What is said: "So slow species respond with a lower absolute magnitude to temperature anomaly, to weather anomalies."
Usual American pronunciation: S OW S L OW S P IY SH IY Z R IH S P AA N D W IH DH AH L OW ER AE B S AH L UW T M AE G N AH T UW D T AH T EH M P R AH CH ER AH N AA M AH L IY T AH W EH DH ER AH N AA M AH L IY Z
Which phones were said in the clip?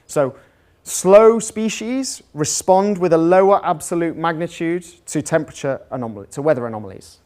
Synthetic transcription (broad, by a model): S OW S L OW S P IY SH IY Z R IH S P AA N D W IH DH AH L OW ER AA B S AH L UW T M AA G N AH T UW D T AH T EH M P R AH CH ER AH N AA M AH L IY T AH W EH DH ER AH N AA M AH L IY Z